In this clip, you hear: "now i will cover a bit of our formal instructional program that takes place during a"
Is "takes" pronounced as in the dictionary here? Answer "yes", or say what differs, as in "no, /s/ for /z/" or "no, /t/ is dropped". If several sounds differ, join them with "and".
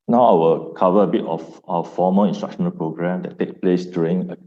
no, /s/ is dropped